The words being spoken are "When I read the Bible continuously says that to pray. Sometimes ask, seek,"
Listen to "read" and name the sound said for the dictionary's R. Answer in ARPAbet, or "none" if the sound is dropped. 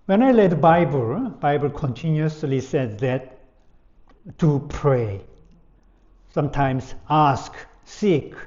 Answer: L